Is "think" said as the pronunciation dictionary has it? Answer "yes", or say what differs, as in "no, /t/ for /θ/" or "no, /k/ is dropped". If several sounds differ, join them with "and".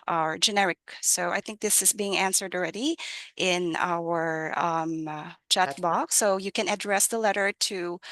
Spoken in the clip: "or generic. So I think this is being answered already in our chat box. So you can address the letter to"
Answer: yes